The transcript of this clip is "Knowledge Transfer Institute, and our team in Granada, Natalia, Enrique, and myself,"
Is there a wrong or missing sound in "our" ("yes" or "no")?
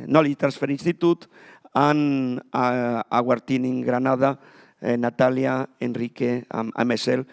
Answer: no